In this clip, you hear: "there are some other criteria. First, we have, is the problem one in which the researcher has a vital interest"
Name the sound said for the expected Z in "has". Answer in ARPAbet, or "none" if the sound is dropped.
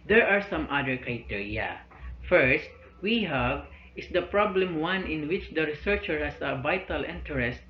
S